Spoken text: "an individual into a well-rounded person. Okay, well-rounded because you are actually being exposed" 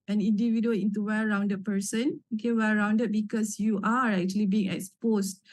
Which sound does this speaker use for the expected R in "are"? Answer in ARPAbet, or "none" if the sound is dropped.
R